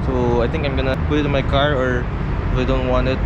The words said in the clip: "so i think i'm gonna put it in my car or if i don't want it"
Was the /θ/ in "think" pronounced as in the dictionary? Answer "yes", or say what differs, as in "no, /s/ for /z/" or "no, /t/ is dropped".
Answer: no, /t/ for /θ/